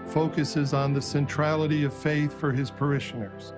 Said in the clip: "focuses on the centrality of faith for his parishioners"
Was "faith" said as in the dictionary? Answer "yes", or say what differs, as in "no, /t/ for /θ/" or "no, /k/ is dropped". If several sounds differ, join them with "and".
yes